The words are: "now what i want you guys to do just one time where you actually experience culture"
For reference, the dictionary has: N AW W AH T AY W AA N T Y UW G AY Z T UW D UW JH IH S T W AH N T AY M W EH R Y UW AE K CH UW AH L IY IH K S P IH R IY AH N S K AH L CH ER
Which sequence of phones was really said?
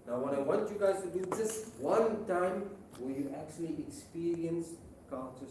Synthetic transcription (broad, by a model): N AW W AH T AY W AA N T Y UW G AY Z T UW D UW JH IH S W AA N T AY M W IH L Y UW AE K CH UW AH L IY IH K S P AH R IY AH N S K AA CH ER